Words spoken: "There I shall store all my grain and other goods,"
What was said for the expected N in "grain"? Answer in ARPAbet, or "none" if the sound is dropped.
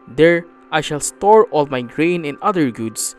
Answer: N